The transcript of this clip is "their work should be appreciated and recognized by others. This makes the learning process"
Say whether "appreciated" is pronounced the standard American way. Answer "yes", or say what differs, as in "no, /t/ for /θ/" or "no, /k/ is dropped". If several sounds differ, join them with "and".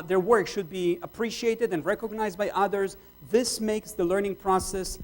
yes